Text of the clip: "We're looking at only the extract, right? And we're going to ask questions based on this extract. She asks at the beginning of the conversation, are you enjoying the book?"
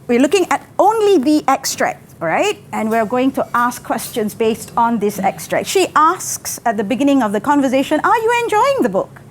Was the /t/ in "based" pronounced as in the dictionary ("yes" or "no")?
yes